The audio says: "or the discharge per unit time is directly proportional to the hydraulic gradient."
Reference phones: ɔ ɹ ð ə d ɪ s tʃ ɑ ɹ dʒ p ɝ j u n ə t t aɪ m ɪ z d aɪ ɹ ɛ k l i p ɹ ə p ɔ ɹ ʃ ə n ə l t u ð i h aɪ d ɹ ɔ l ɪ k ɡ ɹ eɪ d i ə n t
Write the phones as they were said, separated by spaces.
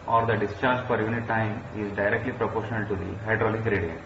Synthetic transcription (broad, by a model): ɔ ɹ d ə d ɪ s tʃ ɑ ɹ dʒ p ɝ j u n ə t t aɪ m ɪ z d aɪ ɹ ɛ k l i p ɹ ə p ɔ ɹ ʃ ə n ə l t u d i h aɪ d ɹ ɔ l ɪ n ɡ ɹ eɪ d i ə n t